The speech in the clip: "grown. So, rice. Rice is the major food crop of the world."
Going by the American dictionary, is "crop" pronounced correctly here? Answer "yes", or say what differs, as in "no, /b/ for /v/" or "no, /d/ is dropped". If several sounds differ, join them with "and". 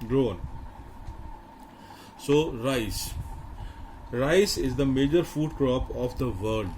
yes